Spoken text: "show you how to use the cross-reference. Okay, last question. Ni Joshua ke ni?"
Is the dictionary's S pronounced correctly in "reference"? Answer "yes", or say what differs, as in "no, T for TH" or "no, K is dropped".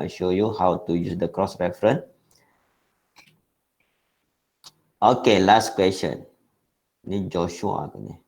no, S is dropped